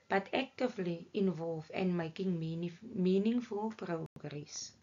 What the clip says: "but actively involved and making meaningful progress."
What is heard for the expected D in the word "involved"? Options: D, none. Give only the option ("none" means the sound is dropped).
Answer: none